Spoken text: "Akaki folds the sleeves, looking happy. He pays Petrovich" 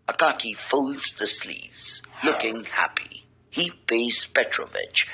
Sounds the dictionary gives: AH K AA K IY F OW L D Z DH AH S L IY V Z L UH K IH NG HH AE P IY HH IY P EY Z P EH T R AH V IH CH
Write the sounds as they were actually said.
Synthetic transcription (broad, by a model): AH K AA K IY F OW L D Z DH AH S L IY V Z L UH K IH NG HH AE P IY HH IY B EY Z P EH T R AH V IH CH